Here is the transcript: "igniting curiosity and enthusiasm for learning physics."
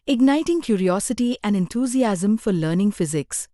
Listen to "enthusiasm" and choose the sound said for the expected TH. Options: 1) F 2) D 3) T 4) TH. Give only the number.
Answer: 3